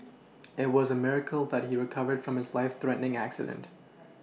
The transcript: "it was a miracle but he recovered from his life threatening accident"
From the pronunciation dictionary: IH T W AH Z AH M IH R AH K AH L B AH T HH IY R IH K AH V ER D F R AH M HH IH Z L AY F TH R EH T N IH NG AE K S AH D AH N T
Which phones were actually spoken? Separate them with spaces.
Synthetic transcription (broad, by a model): IH T W AH Z AH M IH R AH K L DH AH T HH IY R IH K AH V ER D F R AH M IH Z L AY F TH R EH T N IH NG AE K S AH D AH N T